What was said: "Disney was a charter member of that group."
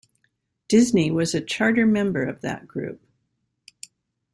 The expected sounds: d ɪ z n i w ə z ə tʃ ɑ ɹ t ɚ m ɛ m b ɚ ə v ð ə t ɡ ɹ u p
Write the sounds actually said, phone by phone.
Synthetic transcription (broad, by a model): d ɪ z n i w ə z ə tʃ ɑ ɹ t ɚ m ɛ m b ɚ ə v ð ə t ɡ ɹ u p